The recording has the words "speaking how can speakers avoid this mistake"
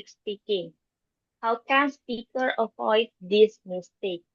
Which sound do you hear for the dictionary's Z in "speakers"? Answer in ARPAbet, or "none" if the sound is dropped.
none